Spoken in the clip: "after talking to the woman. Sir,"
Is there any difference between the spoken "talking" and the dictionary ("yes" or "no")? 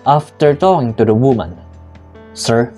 yes